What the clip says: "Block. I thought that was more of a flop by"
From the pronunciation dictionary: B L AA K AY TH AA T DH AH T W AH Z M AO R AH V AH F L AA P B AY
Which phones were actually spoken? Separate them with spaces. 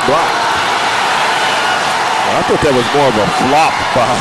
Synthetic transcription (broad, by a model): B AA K AY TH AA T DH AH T W AH Z M AO R AH V AH F L AA P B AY